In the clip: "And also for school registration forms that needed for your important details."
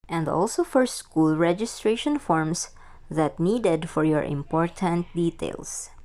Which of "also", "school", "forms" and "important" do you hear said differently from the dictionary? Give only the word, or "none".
forms